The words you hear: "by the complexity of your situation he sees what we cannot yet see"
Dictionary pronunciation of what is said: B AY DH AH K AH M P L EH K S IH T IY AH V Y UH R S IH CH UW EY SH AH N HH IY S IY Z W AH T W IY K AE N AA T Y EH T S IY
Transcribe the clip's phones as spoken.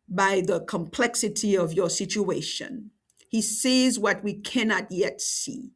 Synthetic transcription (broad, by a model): B AY DH AH K AH M P L EH K S IH T IY AH V Y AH R S IH CH UW EY SH AH N HH IY S IY Z W AH T W IY K AE N AA T Y EH T S IY